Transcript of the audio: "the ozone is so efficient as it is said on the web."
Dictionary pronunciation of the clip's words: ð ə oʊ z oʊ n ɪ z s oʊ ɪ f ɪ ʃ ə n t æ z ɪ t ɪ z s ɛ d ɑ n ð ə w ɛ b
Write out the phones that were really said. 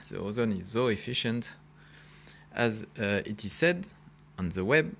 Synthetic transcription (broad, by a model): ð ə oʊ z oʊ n ɪ z s oʊ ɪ f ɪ ʃ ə n t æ z ɪ t ɪ z s ɛ d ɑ n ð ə w ɛ b